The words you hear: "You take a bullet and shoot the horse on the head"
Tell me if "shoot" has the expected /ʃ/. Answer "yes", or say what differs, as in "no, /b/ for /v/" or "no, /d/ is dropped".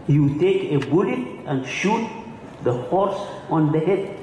yes